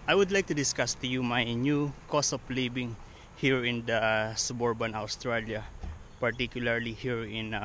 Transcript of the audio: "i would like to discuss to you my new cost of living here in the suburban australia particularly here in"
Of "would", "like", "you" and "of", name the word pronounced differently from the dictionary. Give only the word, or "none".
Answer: of